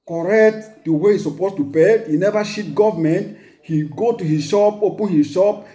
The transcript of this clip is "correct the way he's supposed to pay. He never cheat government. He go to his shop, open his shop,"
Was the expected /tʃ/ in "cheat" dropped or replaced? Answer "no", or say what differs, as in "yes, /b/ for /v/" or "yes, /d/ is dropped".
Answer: yes, /ʃ/ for /tʃ/